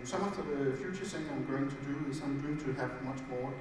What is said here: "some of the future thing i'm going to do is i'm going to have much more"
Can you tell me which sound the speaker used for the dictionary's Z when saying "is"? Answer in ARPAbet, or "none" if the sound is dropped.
S